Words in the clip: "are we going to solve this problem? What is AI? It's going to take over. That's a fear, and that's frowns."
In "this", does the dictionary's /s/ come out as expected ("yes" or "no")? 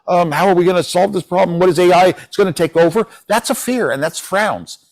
yes